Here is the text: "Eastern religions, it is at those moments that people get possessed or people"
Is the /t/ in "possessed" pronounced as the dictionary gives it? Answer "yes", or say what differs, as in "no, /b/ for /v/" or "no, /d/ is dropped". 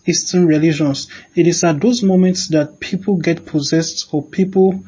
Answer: yes